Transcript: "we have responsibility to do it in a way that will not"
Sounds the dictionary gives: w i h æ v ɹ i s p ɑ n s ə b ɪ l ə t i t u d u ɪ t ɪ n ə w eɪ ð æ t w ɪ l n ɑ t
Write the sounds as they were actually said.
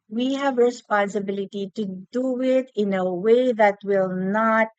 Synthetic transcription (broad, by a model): w i h æ v ɹ i s p ɑ n s ə b ɪ l ə t i t u d u ɪ t ɪ n ə w eɪ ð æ t w ɪ l n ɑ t